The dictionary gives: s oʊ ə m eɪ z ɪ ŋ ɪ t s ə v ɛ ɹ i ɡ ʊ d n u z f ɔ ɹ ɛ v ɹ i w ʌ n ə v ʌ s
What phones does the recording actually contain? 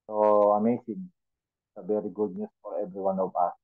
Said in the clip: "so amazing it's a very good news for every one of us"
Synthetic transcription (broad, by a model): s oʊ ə m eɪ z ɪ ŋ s ə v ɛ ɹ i ɡ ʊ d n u s f ɔ ɹ ɛ v ɹ i w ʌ n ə p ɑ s